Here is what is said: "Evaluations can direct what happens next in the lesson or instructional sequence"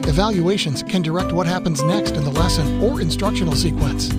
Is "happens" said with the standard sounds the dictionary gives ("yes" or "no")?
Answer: yes